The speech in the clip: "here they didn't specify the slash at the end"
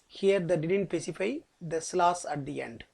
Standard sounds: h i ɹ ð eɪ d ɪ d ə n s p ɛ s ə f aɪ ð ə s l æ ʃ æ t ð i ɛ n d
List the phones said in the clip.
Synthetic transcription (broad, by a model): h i ɹ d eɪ d ɪ d ə n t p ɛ s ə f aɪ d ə s l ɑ s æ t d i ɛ n d